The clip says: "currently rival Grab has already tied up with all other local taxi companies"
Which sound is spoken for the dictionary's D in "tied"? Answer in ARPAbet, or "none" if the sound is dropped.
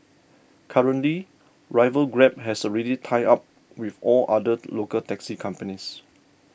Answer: none